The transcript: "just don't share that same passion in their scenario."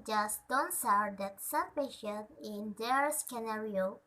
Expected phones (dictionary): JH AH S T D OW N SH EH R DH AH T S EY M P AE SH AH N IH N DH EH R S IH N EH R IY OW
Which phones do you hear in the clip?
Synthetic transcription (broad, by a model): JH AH S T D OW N S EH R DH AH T S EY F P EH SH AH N IH N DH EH R S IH N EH R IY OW